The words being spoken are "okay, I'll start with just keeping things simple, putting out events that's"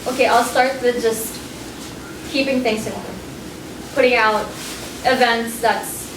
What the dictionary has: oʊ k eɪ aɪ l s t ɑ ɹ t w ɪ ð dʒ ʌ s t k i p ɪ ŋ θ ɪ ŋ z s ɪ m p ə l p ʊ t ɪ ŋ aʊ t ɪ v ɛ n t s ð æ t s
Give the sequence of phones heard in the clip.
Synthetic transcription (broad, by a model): oʊ k eɪ aɪ l s t ɑ ɹ t w ɪ ð dʒ ʌ s t k i p ɪ ŋ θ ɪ ŋ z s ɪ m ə n p ʊ t ɪ ŋ aʊ t ɪ v ɛ n t s ð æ t s